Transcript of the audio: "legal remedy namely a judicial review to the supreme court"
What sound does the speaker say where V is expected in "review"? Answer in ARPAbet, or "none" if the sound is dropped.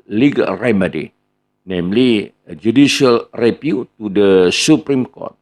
P